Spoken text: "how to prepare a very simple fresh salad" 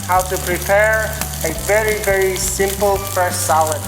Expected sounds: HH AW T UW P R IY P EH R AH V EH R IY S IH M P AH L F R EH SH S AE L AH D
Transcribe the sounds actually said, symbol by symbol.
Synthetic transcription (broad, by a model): HH AW T UW P R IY P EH R AH V EH R IY S IH M P AH L P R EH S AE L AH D